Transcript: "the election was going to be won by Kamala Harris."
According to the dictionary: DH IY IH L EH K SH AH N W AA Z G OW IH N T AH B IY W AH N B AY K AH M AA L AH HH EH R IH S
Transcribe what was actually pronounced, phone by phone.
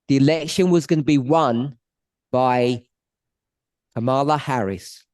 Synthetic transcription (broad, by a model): DH IY IH L EH K SH AH N W AA Z G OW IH N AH B IY W AH N B AY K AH M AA L AH HH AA R IH S